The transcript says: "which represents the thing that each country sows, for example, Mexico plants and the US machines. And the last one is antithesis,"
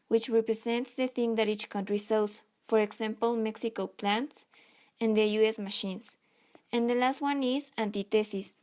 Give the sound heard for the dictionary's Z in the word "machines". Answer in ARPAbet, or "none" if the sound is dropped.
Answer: S